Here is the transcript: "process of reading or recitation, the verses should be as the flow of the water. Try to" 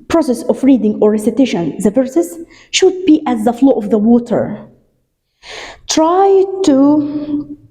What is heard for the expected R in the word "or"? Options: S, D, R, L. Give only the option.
R